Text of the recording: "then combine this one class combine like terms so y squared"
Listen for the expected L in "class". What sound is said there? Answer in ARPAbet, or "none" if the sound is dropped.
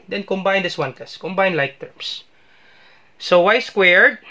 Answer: none